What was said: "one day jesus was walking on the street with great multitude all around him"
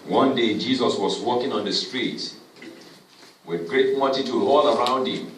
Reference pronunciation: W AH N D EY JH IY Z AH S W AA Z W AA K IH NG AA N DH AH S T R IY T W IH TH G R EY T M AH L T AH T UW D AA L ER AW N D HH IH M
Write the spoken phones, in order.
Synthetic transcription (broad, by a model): W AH N D EY JH IY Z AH S W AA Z W AA K IH NG AA N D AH S T R IY T W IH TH G R EY T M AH T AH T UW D AA L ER AW N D HH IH M